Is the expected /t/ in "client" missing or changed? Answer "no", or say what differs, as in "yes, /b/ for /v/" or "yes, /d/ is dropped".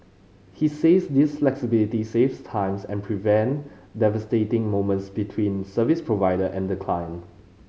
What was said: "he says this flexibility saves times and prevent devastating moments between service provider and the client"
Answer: yes, /t/ is dropped